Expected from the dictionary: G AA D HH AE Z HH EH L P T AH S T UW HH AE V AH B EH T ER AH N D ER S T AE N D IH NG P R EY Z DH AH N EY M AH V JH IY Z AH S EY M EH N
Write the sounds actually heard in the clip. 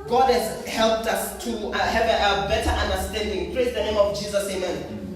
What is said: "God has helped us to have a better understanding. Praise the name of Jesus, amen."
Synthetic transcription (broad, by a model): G AA D HH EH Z HH EH L P T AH S T UW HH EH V AH B EH T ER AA N D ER S T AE N D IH NG P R EY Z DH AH N EY M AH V JH IY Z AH S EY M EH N